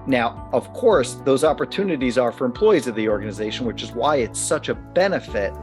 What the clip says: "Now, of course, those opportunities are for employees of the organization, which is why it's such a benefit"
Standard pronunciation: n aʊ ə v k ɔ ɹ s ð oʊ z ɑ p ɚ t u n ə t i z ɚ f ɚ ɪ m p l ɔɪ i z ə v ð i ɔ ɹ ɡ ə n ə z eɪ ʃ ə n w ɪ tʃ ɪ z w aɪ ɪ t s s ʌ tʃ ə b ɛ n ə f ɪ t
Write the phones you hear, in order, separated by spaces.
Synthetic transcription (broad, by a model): n aʊ ə v k ɔ ɹ s ð oʊ z ɑ p ɚ t u n ə t i z ɚ f ɚ ɪ m p l ɔɪ i z ə v ð i ɔ ɹ ɡ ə n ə z eɪ ʃ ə n w ɪ tʃ ɪ z w aɪ ɪ t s s ʌ tʃ ə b ɛ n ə f ɪ t